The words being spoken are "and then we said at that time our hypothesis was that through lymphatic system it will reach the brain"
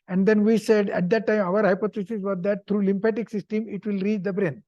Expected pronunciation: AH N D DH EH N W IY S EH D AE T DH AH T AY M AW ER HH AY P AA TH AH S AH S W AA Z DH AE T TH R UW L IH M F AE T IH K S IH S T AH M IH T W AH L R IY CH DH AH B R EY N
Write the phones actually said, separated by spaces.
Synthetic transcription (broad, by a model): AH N D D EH N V IY S EH D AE T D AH T AY M AW ER HH AY P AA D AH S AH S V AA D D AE T T R UW L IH M P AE T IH K S IH S T AH M IH T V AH L R IY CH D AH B R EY N